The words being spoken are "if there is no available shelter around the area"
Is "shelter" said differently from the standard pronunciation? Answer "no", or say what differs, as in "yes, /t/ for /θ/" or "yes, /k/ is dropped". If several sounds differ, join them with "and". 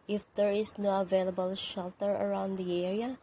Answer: no